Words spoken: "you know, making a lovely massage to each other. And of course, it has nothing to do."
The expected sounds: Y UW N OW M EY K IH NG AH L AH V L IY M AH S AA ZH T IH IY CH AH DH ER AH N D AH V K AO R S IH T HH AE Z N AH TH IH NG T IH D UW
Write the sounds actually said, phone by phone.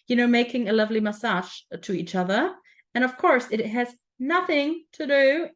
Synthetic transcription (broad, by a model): Y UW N OW M EY K IH NG AH L AH V L IY M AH S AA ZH T IH IY CH AH DH ER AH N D AH V K AO R S IH T HH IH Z N AH TH IH NG T IH D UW